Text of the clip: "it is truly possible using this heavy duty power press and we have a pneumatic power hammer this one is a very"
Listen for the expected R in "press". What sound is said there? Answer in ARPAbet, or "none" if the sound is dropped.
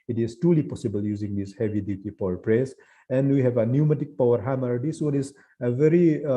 R